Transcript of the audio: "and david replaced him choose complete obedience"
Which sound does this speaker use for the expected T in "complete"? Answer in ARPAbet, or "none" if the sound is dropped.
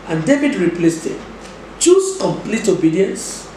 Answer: T